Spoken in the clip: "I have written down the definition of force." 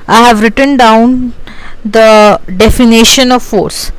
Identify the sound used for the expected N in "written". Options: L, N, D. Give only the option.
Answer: N